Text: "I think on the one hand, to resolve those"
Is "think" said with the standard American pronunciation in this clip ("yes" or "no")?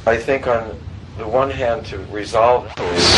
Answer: yes